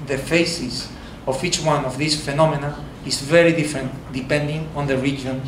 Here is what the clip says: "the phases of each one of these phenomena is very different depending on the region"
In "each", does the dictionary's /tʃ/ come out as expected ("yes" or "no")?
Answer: yes